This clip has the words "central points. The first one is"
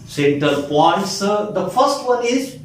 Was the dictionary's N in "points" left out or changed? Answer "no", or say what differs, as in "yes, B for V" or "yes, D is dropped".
yes, N is dropped